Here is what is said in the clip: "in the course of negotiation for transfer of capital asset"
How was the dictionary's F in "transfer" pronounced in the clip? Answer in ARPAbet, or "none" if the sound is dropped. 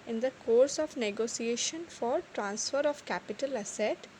F